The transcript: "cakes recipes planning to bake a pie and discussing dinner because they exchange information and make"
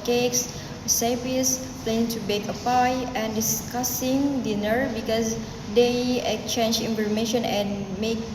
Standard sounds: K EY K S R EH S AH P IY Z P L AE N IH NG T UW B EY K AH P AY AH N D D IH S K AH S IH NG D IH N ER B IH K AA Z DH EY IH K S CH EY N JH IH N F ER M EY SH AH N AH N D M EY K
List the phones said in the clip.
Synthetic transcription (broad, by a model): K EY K S S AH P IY S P L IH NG T UW B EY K AH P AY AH N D D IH S K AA S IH NG D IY N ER B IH K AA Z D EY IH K CH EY N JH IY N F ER M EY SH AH N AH N M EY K